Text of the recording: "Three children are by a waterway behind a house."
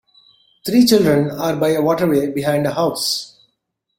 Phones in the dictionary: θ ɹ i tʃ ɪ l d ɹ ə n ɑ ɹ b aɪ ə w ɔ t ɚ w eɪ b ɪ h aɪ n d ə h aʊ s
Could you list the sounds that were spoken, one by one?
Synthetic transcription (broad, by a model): t ɹ i tʃ ɪ l d ɹ ə n ɑ ɹ b aɪ ə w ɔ t ɚ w eɪ b ɪ h aɪ n d ə h aʊ s